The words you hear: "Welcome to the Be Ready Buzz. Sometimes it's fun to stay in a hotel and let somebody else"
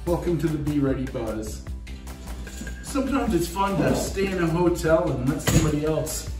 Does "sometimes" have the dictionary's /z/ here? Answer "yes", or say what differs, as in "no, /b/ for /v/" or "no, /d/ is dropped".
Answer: yes